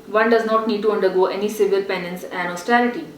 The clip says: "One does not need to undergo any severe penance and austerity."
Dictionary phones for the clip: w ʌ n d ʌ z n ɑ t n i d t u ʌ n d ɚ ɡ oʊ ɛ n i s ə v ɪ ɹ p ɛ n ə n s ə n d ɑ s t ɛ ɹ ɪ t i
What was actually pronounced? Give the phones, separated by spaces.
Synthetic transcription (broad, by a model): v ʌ n d ʌ z n ɑ t n i d t u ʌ n d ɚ ɡ oʊ ɛ n i s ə v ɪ l p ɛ n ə n s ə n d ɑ s t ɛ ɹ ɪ t i